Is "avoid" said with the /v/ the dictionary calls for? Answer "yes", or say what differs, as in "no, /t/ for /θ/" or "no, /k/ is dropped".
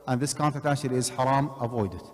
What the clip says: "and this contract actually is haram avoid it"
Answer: yes